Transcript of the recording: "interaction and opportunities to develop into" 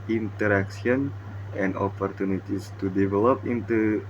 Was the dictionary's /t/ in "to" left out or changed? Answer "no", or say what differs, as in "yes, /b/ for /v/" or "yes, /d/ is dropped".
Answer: no